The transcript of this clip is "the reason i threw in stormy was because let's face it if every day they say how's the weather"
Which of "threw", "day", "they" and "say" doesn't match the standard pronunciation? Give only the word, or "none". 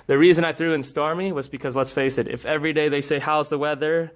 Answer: none